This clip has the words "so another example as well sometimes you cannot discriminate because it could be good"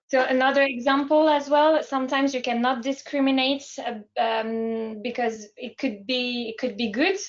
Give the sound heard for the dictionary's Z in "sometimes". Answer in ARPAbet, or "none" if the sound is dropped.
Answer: Z